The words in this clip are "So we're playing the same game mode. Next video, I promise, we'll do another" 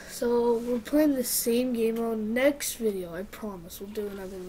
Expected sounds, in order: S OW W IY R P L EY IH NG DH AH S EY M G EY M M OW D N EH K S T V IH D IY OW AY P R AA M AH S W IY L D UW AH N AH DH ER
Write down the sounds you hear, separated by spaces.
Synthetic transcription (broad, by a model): S OW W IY L P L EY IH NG DH AH S EY M G EY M M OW N EH K S T V IH D IY OW AY P R AA M AH S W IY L D UW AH N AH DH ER